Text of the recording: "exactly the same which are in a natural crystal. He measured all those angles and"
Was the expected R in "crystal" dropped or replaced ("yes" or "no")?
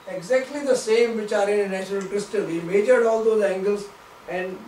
no